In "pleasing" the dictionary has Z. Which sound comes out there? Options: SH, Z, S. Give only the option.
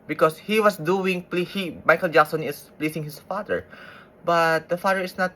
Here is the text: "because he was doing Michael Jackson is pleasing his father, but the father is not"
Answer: S